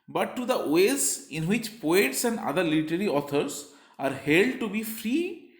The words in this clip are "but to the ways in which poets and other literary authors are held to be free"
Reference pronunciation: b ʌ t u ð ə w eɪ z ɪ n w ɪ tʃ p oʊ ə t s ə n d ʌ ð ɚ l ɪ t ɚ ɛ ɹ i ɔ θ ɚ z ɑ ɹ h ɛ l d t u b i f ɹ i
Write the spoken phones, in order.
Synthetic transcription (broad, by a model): b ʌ t u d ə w eɪ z ɪ n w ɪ tʃ p oʊ ə t s ə n d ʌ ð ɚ l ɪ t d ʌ ɹ i ɔ t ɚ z ɑ ɹ h ɛ l d t u b i f ɹ i